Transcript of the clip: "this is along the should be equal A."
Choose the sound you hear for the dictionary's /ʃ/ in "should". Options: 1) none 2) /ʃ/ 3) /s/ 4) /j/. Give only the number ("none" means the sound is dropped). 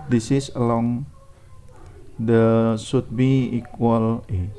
3